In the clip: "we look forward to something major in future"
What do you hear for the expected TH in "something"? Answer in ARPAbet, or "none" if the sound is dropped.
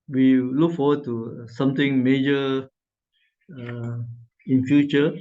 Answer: T